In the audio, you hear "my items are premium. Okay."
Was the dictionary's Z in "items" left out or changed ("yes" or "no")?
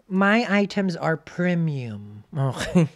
no